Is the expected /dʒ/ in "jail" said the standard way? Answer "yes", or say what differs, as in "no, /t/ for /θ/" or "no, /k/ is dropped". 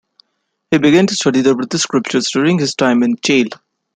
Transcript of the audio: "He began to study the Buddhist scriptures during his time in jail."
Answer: no, /tʃ/ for /dʒ/